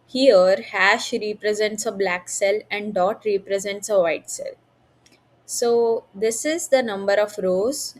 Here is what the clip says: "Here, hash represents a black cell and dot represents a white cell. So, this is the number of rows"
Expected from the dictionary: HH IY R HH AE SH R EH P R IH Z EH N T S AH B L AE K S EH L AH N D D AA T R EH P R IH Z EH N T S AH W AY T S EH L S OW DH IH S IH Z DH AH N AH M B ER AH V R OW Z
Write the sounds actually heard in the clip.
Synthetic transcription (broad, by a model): HH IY R HH AE SH R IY P R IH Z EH N T S AH B L AE K S EH L AH N D D AA T R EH P R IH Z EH N T S AH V AY T S EH L S OW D IH S IH Z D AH N AH M B ER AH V R OW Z